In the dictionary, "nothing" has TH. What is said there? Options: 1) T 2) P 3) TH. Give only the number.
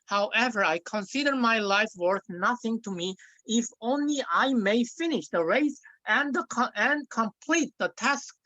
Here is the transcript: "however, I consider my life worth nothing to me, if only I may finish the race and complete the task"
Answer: 3